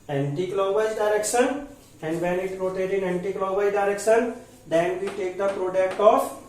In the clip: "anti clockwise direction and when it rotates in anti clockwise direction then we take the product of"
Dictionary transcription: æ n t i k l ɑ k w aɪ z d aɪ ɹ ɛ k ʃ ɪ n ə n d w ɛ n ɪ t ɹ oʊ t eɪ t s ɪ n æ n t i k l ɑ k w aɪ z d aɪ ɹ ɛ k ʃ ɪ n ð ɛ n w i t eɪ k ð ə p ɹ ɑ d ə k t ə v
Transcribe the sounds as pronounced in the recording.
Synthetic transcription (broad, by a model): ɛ n t i k l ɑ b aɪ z d aɪ ɹ ɛ k ʃ ɪ n ə n d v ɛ n ɪ t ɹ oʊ t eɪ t ɪ n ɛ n t i k l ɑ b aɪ d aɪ ɹ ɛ k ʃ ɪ n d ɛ n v i t eɪ k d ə p ɹ ɑ d ə k t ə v